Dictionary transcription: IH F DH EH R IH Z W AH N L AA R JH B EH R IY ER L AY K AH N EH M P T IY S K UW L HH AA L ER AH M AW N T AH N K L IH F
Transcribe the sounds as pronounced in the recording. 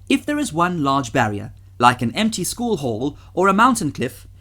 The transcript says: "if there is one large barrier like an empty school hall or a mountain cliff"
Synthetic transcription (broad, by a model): IH F DH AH R IH Z W AH N L AA R JH B EH R IY ER L AY K AH N EH M P T IY S K UW L HH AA L ER AH M AW N T AH N K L IH F